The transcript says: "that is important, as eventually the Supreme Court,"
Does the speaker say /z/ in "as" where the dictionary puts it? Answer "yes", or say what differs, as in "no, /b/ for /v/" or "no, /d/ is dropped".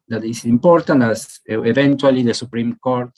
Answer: no, /s/ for /z/